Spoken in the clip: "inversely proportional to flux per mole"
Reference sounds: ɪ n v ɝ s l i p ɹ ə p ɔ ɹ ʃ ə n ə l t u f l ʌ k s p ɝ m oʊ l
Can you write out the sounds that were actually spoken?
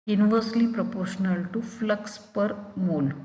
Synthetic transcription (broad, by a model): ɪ n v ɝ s l i p ɹ ə p ɔ ɹ ʃ ə n ə l t u f l ʌ k s p ɝ m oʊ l